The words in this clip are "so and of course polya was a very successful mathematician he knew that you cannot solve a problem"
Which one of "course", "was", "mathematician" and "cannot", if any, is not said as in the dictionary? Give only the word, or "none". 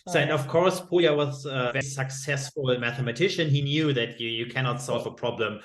none